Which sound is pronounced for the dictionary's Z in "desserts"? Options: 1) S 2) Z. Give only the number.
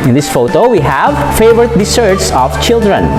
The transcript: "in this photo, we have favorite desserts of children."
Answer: 1